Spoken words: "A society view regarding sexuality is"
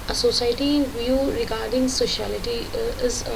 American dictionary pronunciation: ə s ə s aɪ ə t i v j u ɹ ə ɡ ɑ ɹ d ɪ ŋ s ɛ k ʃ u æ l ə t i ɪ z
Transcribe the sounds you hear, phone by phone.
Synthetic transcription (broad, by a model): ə s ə s aɪ t i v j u ɹ ə ɡ ɑ ɹ d ɪ ŋ s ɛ ʃ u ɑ l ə t i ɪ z